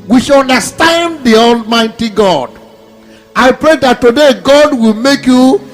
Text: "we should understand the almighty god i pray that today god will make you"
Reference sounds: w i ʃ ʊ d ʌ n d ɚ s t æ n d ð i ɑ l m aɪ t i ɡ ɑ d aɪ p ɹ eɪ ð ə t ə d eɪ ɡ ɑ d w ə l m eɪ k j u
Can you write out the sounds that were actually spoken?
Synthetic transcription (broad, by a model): w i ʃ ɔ n d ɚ s t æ n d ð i ɑ l m aɪ t i ɡ ɑ d aɪ p ɹ eɪ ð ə t ə d eɪ ɡ ɑ d w ə l m eɪ k j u